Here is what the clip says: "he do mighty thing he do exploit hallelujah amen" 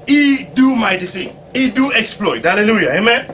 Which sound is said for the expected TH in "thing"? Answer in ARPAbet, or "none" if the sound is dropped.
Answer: S